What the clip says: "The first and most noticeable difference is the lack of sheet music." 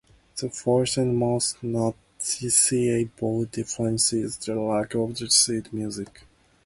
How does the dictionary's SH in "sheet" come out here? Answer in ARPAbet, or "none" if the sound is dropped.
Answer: S